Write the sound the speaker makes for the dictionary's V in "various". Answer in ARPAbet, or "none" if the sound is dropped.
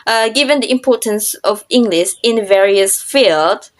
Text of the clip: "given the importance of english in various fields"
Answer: V